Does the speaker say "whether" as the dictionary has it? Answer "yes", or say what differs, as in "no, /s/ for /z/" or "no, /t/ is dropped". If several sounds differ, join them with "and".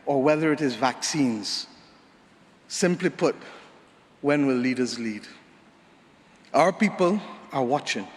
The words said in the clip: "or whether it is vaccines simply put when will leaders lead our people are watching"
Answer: yes